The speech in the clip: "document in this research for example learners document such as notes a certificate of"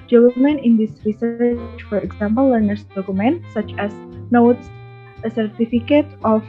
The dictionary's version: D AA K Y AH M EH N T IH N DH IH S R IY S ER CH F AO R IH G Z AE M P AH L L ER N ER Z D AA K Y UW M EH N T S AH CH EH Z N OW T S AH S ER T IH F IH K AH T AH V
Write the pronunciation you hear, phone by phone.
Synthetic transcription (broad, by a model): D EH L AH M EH N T IH N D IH S R IY S ER CH F AO R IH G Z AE M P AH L L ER N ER S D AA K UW M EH N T S AH CH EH S N OW T S AH S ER T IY F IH K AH T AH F